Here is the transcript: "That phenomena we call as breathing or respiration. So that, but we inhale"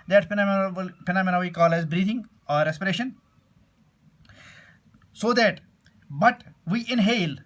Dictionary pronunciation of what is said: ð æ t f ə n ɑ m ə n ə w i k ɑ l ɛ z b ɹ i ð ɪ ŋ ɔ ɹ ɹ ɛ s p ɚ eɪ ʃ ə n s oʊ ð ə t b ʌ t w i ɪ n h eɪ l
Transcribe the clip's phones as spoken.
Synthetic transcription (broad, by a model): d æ t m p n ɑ m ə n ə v i k ɑ l ɛ z b ɹ i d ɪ ŋ ɔ ɹ ɹ ɛ s p ɚ eɪ ʃ ə n s oʊ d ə t b ʌ t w i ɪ n h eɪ l